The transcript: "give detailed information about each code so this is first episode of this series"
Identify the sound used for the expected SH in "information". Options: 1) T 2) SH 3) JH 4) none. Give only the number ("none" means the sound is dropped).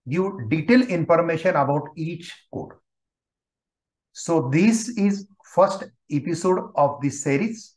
2